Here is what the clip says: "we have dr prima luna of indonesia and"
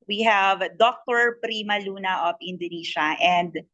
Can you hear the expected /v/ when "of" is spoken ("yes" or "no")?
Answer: no